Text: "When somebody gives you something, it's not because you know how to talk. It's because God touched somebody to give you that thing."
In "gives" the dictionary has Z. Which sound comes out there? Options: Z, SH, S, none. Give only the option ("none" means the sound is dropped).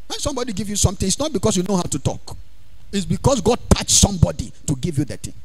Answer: none